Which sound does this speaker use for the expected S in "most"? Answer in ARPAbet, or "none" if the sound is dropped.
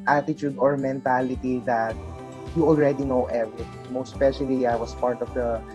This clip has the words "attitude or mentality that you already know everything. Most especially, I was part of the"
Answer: none